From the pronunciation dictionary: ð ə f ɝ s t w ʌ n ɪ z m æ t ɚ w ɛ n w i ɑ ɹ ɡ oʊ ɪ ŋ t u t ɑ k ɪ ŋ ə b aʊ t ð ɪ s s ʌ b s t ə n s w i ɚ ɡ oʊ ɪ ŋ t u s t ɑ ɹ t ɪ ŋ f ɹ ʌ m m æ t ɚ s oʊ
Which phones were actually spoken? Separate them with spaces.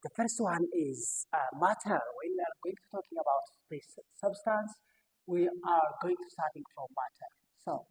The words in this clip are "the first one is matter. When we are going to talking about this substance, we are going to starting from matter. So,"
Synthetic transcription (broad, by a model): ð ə f ɝ s t w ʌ n ɪ z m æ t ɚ w ɛ n w i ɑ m ɡ oʊ ɪ ŋ t u t ɑ k ɪ ŋ ə b aʊ t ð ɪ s s ʌ b s t ə n s w i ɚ ɡ oʊ ɪ ŋ t u s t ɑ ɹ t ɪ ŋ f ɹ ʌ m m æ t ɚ s oʊ